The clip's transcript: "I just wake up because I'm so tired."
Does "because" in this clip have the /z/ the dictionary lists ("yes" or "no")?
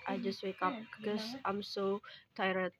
no